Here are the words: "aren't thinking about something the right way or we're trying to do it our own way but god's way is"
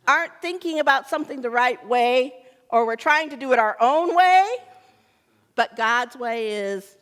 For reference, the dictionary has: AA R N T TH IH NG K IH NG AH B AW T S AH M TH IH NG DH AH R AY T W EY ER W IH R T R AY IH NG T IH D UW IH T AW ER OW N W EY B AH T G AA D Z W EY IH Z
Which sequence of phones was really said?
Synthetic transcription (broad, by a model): AA R N TH IH NG K IH NG AH B AW T S AH M TH IH NG DH AH R AY T W EY ER W IH R T R AY IH NG T IH D IH T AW ER OW N W EY B AH T G AA D Z W EY IH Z